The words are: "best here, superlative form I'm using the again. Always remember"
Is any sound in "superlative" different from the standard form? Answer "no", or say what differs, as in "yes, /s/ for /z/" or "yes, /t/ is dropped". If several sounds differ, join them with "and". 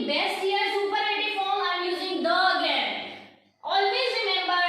yes, /l/ is dropped